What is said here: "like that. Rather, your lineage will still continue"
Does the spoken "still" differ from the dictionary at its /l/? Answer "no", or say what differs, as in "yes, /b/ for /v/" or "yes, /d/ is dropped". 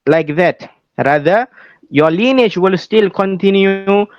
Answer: no